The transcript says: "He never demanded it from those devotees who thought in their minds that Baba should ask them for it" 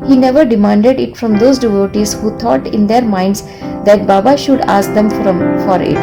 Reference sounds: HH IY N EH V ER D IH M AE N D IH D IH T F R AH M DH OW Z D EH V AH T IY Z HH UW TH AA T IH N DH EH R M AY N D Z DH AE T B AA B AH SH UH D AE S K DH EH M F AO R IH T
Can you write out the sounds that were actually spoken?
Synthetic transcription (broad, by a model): HH IY N EH V ER D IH M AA N D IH D IH T F R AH M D OW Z D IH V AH T IY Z HH UW T AA T IH N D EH R M AY N D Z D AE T B AA B AH SH UH D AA S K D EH M F AO R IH T